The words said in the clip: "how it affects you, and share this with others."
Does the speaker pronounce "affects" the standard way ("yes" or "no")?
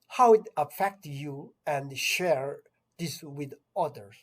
no